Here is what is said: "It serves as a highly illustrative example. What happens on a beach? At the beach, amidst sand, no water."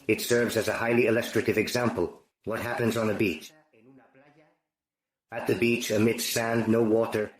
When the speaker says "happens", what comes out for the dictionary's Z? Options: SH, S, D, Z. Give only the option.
Z